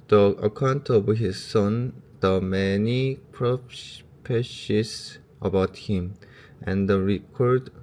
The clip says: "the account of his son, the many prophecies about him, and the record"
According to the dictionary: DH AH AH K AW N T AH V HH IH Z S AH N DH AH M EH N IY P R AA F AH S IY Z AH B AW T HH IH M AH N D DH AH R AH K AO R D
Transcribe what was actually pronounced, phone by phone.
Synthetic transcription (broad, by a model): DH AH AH K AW N T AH W HH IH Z S AH N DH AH M EH N IY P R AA P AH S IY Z AH B AW T HH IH M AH N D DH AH R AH K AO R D